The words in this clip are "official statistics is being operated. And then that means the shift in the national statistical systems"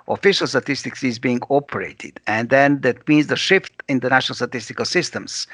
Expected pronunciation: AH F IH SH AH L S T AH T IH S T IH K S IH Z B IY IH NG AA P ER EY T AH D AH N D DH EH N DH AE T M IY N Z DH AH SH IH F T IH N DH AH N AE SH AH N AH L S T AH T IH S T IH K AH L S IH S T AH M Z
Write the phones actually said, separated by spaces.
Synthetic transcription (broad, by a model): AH F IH SH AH L S T AH T IH S T IH K S IH Z B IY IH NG AA P ER EY T AH D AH N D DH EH N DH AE T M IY N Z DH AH SH IH F T IH N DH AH N AE SH AH N AH L S T AH T IH S T IH K AH L S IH S T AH M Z